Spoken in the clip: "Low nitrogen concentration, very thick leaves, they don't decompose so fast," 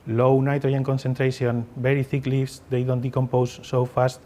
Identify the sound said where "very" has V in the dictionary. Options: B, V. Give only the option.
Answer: B